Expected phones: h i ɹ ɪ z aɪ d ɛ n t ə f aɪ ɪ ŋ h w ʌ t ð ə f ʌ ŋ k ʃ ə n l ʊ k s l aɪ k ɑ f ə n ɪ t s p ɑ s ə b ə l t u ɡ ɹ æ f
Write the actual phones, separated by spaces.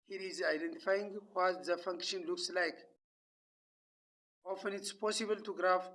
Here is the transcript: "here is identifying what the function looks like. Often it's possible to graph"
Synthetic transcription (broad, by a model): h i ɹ ɪ z aɪ d ɛ n t ə f aɪ ɪ ŋ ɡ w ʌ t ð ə f ʌ ŋ k ʃ ə n l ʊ k s l aɪ k ɑ f ə n ɪ t s p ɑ s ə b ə l t u ɡ ɹ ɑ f